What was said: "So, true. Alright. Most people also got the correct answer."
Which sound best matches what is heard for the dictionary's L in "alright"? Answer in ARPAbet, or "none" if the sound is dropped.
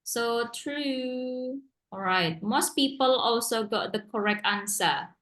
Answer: none